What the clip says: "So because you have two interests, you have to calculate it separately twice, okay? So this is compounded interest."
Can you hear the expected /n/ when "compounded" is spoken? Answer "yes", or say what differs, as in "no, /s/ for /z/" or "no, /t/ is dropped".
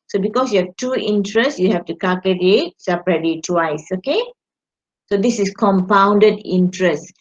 yes